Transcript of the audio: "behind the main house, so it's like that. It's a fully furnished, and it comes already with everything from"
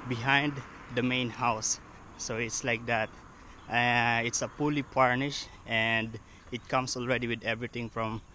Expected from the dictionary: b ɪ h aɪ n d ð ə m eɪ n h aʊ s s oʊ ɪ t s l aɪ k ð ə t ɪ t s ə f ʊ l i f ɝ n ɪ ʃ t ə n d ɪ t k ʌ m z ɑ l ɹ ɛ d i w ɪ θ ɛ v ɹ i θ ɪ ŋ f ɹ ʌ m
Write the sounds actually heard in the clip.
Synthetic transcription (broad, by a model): b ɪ h aɪ n d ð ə m eɪ n h aʊ s s oʊ ɪ t s l aɪ k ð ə t ɪ t s ə p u l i p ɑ n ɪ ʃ t ə n d ɪ t k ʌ m s ɑ l ɹ ɛ d i w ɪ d ɛ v ɹ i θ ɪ ŋ f ɹ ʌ m